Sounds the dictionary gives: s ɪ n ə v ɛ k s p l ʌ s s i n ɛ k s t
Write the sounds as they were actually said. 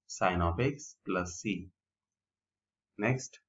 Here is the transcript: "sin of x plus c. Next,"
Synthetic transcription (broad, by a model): s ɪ n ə p ɛ k s p l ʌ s s i n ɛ k s t